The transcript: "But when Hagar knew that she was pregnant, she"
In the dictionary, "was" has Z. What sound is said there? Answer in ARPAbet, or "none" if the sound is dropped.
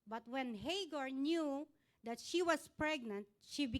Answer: S